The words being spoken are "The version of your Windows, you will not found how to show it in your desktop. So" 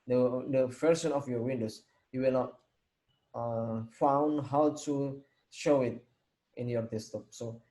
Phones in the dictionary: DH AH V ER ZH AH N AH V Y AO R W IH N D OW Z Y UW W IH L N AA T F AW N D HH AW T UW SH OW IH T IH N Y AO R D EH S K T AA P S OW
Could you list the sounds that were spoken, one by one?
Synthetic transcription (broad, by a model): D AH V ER SH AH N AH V Y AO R W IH N D OW S Y UW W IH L N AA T F AW N D HH AW T UW SH OW IH T IH N Y AO R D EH S T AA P S OW